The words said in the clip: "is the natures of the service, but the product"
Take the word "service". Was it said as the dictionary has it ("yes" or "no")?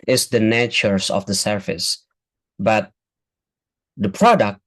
no